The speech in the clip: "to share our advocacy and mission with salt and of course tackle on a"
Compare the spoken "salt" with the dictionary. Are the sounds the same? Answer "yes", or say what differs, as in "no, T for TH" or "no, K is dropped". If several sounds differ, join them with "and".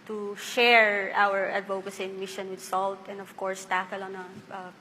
yes